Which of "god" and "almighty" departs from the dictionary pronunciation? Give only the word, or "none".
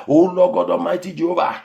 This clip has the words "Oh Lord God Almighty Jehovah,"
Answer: almighty